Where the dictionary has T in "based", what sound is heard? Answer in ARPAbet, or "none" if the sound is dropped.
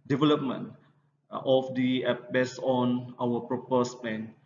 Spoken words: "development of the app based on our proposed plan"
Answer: none